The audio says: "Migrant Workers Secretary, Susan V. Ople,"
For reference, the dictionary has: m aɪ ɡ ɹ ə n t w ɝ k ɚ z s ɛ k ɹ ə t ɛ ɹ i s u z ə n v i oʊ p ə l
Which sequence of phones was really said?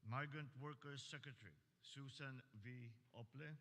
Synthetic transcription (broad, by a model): m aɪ ɡ ɹ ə n t w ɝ k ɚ s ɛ k ɹ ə t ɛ ɹ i s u s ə n v i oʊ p l